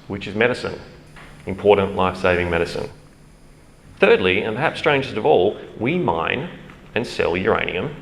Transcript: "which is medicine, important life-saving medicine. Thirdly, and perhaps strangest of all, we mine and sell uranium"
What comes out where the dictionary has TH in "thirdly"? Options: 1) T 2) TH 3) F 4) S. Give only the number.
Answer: 2